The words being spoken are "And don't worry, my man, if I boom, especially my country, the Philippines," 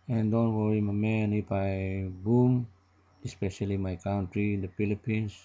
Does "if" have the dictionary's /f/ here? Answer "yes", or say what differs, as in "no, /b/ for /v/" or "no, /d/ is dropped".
no, /p/ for /f/